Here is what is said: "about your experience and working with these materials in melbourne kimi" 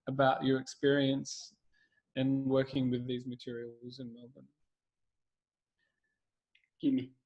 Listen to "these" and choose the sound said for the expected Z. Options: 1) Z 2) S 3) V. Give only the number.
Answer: 1